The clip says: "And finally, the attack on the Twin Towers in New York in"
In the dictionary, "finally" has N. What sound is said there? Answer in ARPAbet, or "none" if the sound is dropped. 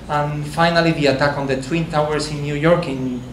N